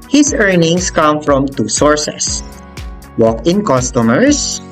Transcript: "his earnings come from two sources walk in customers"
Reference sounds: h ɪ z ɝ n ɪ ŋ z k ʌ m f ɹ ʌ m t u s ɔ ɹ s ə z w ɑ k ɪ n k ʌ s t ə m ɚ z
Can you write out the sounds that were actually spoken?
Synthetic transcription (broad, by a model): h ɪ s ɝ n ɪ ŋ s k ʌ m f ɹ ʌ m t u s ɔ ɹ s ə s w ɑ k ɪ n k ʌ s t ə m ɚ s